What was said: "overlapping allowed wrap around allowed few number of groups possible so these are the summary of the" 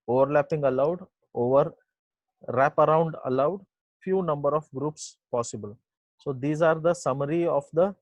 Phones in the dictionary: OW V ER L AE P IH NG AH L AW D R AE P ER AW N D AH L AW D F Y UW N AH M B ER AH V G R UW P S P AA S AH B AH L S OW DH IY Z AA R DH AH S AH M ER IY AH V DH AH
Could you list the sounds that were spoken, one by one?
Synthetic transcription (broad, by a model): OW V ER L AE P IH NG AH L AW D R AE P ER AW N D AH L AW D F Y UW N AH M B ER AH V G R UW P S P AA S AH B AH L S OW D IY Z AA R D AH S AH M ER IY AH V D AH